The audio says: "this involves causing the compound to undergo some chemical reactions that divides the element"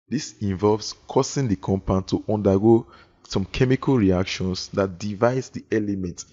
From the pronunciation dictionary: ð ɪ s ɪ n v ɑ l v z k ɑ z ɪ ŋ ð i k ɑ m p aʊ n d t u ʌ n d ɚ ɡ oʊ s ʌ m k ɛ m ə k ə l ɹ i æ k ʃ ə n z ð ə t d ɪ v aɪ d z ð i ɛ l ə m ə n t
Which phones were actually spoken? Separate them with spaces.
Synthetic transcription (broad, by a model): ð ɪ s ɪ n v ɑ l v s k ɑ s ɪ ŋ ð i k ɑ m p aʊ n t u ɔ n d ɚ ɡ oʊ s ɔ m k ɛ m ə k ə l ɹ i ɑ k ʃ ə n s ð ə t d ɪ v aɪ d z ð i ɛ l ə m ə n t